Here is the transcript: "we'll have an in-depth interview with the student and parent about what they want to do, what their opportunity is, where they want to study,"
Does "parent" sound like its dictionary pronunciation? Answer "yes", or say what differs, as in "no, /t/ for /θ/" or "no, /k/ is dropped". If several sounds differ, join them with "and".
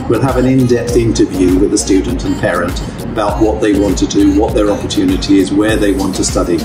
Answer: yes